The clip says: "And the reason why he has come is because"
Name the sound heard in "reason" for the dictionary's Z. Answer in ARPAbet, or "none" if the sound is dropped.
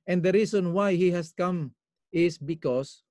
S